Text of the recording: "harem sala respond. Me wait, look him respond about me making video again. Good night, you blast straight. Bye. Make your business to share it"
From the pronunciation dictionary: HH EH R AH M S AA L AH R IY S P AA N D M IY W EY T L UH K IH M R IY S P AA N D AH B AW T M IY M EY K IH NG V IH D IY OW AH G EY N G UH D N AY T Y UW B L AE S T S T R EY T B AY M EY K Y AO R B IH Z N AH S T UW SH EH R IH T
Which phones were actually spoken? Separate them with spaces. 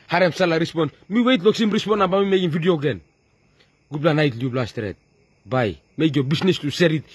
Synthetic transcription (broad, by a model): HH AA R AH M S AA L AH R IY S P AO N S M IY W EY T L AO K IH M R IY S P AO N AH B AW M IY M EY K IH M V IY D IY OW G EY N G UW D N AY T Y UW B L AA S S T R EY T B AY M EY K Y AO B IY S N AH S T UW S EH R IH T